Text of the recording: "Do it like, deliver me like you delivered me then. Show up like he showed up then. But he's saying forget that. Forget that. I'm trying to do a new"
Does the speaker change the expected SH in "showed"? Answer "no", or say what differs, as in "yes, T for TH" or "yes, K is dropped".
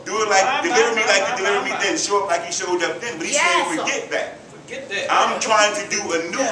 yes, S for SH